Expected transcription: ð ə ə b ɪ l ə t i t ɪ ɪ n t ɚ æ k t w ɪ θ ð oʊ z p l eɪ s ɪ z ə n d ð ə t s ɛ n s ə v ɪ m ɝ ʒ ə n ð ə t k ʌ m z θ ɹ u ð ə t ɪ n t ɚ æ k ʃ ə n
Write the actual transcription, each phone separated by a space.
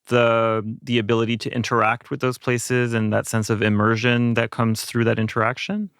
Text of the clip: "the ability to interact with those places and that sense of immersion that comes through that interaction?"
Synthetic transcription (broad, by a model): ð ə ə b ɪ l ə t i t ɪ ɪ n t ɚ æ k t w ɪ ð oʊ z p l eɪ s ɪ z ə n ð ə t s ɛ n s ə v ɪ m ɝ ʒ ə n ð ə t k ʌ m z θ ɹ u ð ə t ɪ n t ɚ æ k ʃ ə n